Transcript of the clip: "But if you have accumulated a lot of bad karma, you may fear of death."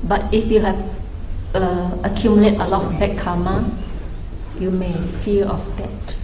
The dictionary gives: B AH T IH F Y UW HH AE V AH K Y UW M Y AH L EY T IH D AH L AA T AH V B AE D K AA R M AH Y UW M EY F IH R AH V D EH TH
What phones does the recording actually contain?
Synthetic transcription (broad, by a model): B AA T IH F Y UW HH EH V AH K Y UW M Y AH L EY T AH L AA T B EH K K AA M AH Y UW M EY F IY L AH F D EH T